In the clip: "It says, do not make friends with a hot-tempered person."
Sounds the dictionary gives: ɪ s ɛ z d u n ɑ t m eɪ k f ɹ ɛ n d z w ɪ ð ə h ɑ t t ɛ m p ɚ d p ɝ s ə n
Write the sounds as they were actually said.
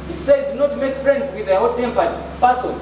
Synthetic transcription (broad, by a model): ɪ s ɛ d u n ɑ t m eɪ k f ɹ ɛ n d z w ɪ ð ə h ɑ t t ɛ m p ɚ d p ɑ s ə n